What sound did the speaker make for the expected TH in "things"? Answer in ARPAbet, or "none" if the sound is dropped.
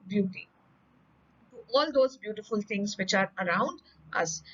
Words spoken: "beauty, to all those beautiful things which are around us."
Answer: T